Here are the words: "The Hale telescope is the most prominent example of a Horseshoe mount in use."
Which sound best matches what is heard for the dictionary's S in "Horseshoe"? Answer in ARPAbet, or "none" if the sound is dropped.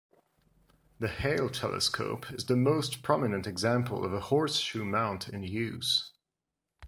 S